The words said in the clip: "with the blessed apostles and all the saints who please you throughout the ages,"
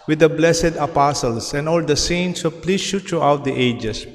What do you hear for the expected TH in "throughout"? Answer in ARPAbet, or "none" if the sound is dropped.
T